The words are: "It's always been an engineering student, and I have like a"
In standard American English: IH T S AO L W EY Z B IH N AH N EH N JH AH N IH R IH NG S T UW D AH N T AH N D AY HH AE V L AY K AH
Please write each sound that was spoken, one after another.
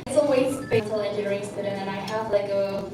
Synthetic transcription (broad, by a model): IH T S AO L W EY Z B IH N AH L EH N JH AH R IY IH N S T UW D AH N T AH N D AY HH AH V L AY K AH